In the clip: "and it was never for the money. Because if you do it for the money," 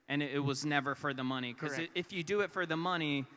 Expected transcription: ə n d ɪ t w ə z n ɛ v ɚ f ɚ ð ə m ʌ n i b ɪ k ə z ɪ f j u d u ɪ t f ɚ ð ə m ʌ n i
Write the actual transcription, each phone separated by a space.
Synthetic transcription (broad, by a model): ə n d ɪ t w ə z n ɛ v ɚ f ɚ ð ə m ʌ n i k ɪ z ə ɪ f j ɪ d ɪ ɪ t f ɚ ð ə m ʌ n i